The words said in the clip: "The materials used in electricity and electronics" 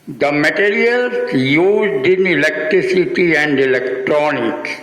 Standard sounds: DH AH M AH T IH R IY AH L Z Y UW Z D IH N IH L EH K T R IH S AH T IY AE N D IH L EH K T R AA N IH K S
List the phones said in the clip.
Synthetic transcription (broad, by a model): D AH M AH T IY R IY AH L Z Y UW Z D IH N IH L EH K T R IH S AH T IY AE N D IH L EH K T R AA N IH K S